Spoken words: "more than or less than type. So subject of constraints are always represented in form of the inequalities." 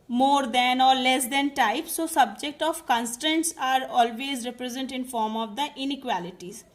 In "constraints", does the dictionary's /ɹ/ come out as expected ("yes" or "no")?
no